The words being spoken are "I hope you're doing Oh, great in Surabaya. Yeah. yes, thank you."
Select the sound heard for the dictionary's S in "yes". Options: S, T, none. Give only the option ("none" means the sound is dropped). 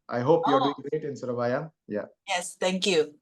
S